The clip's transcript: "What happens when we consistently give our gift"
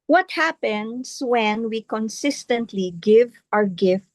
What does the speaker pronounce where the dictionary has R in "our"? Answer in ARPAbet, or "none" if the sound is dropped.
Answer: R